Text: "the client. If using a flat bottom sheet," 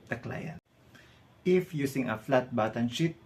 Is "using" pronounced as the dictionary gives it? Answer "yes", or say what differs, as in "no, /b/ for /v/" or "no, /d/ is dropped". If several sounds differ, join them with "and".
no, /s/ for /z/